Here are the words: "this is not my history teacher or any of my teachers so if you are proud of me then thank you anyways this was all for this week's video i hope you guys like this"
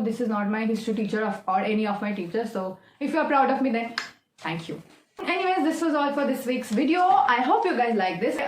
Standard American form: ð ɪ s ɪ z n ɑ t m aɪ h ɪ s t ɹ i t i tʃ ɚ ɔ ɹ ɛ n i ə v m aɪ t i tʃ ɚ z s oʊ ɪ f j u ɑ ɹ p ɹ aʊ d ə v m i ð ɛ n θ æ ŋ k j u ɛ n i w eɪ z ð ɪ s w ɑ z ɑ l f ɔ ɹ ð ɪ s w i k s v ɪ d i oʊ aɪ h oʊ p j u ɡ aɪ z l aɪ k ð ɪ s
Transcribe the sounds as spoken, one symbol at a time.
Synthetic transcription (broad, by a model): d ɪ s ɪ z n ɑ t m aɪ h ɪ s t i t i tʃ ɚ ɔ ɹ ɛ n i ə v m aɪ t i tʃ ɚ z s oʊ ɪ f j u ɑ ɹ p ɹ aʊ d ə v m i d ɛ n t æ ŋ k j u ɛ n i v eɪ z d ɪ s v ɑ z ɑ l f ɔ ɹ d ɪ s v i k s v ɪ d i oʊ aɪ h oʊ p j u ɡ aɪ z l aɪ k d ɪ s